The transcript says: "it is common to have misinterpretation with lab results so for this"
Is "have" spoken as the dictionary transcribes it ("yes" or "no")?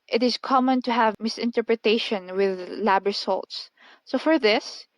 yes